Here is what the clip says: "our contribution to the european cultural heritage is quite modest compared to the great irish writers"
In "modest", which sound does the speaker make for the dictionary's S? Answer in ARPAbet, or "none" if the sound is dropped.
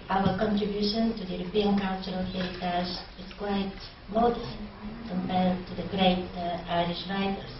none